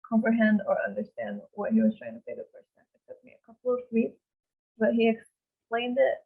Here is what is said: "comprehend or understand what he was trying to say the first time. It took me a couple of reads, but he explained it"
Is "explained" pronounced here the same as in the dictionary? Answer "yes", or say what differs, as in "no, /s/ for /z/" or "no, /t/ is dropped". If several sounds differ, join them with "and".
yes